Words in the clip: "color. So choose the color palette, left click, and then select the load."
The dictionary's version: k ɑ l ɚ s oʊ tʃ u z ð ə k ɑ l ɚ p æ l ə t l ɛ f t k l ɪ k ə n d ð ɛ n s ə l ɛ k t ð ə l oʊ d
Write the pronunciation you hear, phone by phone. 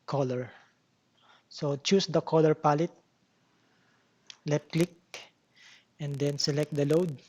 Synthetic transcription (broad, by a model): k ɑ l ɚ s oʊ tʃ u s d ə k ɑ l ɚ p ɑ l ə t l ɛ t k l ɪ k ə n d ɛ n s ə l ɛ k t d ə l oʊ d